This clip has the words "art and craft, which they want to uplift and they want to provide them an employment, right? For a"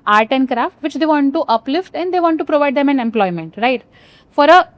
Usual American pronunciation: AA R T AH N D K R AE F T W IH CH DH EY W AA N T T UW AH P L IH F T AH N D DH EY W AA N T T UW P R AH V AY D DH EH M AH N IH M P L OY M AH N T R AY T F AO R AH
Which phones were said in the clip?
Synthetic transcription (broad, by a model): AA R T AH N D K R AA F T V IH CH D EY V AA N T T UW AH P L IH F T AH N D EY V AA N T T UW P R AH V AY D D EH M AH N IH M P L OY M AH N T R AY T F AO R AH